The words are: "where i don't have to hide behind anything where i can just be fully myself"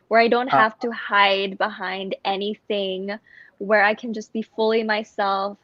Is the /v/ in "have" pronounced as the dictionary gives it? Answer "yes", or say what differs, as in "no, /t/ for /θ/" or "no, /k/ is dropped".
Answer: no, /f/ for /v/